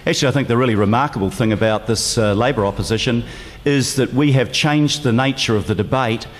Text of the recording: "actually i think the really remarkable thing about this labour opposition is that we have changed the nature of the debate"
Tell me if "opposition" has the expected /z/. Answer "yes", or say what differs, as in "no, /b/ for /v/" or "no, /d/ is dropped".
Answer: yes